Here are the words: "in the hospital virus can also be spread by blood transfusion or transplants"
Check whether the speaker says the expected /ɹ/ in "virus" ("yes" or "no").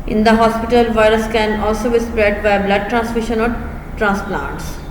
yes